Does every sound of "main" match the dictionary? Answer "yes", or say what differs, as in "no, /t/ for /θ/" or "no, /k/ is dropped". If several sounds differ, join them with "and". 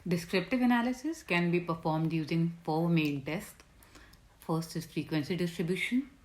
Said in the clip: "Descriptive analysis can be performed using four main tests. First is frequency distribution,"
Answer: no, /l/ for /n/